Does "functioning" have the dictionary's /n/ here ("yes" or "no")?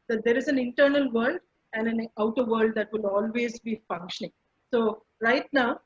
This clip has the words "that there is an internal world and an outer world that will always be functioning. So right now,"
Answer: yes